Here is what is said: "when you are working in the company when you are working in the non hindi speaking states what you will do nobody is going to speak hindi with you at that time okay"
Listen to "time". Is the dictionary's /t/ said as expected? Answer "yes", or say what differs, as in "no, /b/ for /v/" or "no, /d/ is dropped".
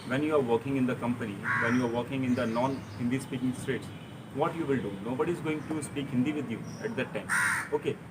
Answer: yes